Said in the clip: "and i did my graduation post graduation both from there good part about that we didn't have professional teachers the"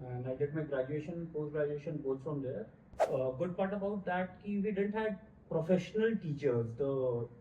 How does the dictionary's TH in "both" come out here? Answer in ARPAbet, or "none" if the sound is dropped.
S